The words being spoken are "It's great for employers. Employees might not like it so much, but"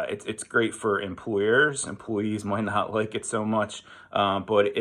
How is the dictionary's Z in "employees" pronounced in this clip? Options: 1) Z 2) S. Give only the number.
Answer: 1